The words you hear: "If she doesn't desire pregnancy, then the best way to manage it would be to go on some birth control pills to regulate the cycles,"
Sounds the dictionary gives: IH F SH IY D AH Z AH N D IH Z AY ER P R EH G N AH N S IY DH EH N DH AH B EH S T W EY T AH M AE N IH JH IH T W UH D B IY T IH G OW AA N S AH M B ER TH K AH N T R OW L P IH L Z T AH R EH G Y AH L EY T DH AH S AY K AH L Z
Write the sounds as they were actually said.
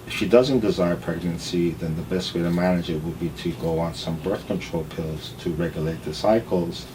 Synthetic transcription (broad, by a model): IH F SH IY D AH Z AH N D IH Z AY ER P R EH G N AH N S IY DH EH N DH AH B EH S T W EY T AH M AE N IH JH IH T W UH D B IY T IH G OW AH N S AH M B ER TH K AH N T R OW L P IH L Z T AH R EH G Y AH L EY T DH AH S AY K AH L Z